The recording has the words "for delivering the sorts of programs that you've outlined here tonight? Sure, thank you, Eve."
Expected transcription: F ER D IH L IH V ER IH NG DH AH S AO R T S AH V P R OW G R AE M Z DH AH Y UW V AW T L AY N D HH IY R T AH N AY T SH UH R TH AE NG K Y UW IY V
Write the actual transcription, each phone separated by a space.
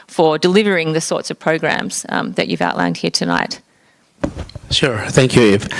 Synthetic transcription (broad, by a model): F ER D IH L IH V ER IH NG DH AH S AO R T S AH V P R OW G R AE M Z DH AH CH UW V AW T L AY N D HH IY R T AH N AY T SH UH R TH AE NG K Y UW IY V